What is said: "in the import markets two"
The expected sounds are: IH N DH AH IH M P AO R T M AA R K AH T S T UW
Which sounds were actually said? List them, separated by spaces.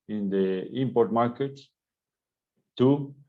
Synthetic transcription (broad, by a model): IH N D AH IH M P AO R T M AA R K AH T T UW